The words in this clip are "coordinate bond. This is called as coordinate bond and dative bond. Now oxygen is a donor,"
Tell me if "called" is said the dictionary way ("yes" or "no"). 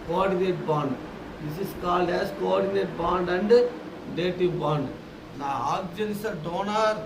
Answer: yes